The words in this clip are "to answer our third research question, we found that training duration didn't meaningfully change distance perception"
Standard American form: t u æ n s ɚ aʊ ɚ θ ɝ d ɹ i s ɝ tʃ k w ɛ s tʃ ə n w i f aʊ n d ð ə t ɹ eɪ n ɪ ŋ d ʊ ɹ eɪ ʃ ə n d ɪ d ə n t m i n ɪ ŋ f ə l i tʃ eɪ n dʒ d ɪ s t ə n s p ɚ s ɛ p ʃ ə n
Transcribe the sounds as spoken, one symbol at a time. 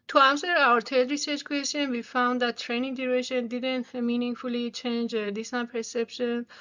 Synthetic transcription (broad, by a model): t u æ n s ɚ aʊ ɚ t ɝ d ɹ i s ɝ tʃ k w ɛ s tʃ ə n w i f aʊ n d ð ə t ɹ eɪ n ɪ ŋ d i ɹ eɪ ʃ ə n d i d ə n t m i n ɪ ŋ f ə l i tʃ eɪ n dʒ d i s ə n p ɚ s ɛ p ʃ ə n